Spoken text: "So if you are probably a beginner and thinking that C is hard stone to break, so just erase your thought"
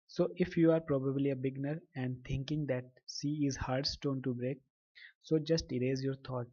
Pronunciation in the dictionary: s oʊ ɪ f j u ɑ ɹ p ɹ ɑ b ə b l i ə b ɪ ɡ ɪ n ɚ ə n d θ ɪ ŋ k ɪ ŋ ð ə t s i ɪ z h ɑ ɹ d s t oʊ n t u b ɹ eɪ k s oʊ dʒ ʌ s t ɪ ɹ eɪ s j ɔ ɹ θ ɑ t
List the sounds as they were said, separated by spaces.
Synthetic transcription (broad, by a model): s oʊ ɪ f j u ɑ ɹ p ɹ ɑ b ə b l i ə b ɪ ɡ n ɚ ə n d t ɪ ŋ k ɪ ŋ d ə t s i ɪ z h ɑ ɹ d s t oʊ n t u b ɹ eɪ k s oʊ dʒ ʌ s t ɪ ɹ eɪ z j ɔ ɹ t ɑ t